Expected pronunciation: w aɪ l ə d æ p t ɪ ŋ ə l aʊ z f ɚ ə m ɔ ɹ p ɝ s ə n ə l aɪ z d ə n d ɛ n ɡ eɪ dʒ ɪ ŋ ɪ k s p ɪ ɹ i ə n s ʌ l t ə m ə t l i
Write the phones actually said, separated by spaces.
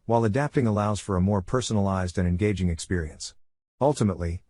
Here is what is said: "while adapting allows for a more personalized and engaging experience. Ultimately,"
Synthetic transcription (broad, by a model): w aɪ l ə d æ p t ɪ ŋ ə l aʊ z f ɚ ə m ɔ ɹ p ɝ s ə n ə l aɪ z d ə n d ɛ n ɡ eɪ dʒ ɪ ŋ ɪ k s p ɪ ɹ i ə n s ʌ l t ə m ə t l i